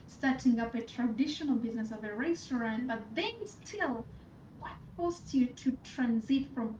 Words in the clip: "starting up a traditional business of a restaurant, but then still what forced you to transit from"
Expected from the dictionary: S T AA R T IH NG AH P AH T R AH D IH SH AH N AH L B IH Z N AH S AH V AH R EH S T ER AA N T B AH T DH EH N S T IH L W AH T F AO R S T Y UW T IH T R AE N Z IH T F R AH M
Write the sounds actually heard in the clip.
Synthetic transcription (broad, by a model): S T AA R T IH NG AH P AH T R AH D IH SH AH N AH L B IH Z N AH S AH V AH R EH S T ER AA N T B AH T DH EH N S T IH L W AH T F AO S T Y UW T IH T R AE N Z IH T F R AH M